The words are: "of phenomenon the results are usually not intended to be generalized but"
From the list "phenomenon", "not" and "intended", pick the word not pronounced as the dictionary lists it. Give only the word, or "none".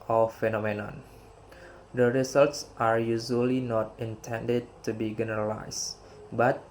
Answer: none